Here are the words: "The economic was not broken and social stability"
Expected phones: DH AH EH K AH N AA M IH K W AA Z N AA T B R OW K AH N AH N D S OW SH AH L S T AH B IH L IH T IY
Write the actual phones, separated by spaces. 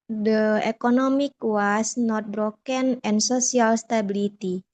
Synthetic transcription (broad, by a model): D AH EH K AH N AA M IH K W AA S N AA T B R OW K AH N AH N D S OW S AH L S T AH B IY L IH T IY